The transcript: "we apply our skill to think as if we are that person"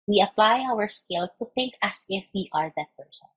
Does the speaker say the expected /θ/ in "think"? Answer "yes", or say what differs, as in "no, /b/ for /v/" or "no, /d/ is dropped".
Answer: yes